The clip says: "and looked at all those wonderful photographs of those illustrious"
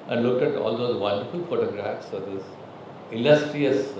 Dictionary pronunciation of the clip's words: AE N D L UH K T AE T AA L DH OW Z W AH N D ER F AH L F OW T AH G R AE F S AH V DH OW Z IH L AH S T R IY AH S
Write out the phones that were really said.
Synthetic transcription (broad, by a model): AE N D L UH K T AE T AA L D OW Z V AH N D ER F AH L F OW T AH G R AE F S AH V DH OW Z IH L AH S T R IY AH S